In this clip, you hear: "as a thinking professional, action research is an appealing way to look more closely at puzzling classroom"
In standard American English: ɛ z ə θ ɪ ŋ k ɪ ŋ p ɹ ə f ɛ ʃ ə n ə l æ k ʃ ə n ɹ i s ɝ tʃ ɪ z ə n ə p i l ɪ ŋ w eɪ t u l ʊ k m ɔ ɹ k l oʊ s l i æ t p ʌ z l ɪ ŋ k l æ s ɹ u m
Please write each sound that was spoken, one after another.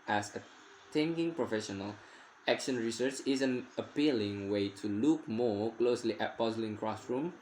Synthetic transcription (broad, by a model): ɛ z ə t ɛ ŋ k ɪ ŋ p ɹ ə f ɛ ʃ ə n ə l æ k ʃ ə n ɹ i s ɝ tʃ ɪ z ə n ə p i l ɪ ŋ w eɪ t u l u k m ɔ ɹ k l oʊ s l i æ t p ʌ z l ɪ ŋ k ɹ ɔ s ɹ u m